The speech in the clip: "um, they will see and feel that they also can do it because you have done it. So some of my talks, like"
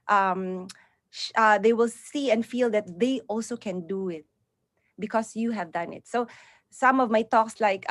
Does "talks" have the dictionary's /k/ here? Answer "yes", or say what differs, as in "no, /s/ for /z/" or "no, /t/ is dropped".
yes